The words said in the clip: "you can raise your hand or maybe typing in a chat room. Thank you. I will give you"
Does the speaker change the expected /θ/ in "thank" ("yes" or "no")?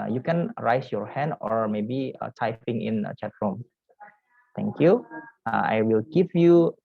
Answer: yes